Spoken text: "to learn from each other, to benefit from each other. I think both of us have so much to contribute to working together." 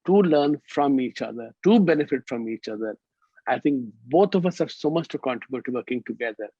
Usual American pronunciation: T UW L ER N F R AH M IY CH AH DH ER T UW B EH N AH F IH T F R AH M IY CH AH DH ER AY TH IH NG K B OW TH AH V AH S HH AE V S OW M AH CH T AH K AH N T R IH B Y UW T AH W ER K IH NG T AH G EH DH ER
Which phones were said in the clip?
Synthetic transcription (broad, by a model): T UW L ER N F R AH M IY CH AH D ER T UW B EH N AH F IH T F R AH M IY CH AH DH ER AY T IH NG K B OW T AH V AH S HH AE V S OW M AH CH T AH K AH N T R IH B Y UW T AH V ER K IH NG T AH G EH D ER